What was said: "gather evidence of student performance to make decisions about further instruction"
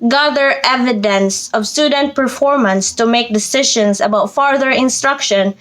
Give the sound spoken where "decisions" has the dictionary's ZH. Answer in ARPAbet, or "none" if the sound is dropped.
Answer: SH